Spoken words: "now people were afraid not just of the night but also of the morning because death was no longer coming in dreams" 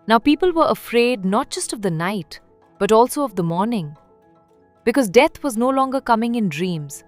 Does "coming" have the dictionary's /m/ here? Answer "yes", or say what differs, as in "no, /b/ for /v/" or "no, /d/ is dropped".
yes